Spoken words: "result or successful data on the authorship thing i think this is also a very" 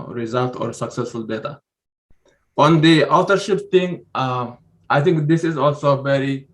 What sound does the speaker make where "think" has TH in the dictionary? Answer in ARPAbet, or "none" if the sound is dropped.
T